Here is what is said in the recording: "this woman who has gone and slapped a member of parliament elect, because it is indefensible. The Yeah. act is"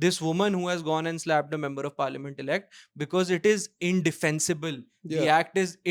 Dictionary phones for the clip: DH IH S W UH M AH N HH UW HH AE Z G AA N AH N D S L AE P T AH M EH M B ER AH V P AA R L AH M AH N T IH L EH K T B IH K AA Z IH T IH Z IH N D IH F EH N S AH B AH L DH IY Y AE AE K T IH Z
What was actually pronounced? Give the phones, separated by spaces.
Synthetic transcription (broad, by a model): IH S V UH M AH N HH UW HH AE Z G AA N AH N D S L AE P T AH M EH M B ER AH V P AA R L AH M AH N T IH L EH K T B IH K AA Z IH T IH Z IH N D IH F EH N S AH B AH L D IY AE AE K T IH Z